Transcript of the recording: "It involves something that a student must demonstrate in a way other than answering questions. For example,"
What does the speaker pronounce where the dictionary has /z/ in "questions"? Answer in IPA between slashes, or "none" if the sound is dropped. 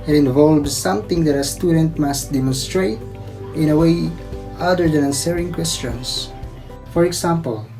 /s/